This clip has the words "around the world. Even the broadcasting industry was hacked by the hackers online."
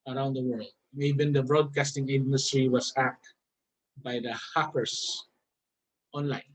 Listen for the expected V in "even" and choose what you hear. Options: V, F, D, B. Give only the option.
B